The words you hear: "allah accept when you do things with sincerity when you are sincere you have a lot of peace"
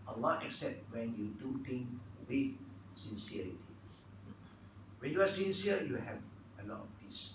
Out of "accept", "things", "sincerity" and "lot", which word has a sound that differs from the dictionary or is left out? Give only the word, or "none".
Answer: things